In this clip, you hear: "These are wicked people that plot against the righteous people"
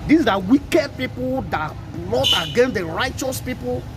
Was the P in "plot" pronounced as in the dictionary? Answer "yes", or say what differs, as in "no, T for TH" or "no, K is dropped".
no, B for P